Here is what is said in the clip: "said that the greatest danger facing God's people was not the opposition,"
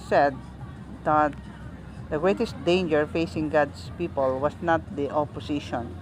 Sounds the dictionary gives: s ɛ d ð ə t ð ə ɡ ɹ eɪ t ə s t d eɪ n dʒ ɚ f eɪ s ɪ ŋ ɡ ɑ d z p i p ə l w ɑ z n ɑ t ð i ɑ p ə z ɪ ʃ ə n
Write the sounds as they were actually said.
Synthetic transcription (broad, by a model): s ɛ d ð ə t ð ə ɡ ɹ eɪ t ə s t d eɪ n dʒ ɚ f eɪ s ɪ ŋ ɡ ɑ d s p i p ə l w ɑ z n ɑ t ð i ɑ p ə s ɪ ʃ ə n